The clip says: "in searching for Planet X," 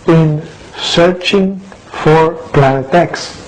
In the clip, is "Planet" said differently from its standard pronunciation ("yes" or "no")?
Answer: no